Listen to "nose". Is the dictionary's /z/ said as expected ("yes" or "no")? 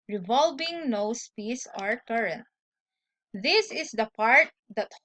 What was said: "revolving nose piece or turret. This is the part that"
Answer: no